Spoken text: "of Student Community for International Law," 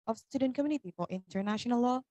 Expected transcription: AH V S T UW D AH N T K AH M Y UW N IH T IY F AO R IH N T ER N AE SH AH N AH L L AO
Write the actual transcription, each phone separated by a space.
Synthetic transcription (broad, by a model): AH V S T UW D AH N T K AH M Y UW N IH T IY F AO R IH N T ER N AE SH AH N AH L L AO